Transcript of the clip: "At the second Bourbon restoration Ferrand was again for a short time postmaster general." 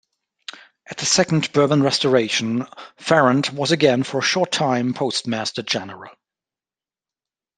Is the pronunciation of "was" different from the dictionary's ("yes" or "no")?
no